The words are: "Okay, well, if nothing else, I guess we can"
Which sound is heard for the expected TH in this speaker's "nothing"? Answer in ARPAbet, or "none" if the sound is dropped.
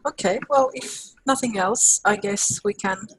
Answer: TH